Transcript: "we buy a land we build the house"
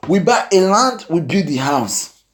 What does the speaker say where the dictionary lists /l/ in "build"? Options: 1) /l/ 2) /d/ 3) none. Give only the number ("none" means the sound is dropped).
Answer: 3